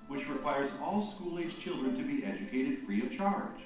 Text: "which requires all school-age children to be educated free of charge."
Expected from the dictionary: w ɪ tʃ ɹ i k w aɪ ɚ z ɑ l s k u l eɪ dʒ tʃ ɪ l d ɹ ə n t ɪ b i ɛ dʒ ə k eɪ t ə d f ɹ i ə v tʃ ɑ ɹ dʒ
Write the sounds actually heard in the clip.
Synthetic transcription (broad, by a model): w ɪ tʃ ɹ i k w aɪ ɚ z ɑ l s k u l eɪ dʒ tʃ ɪ l d ɹ ə n t ɪ b i ɛ dʒ ə k eɪ t ə d f ɹ i ə v tʃ ɑ ɹ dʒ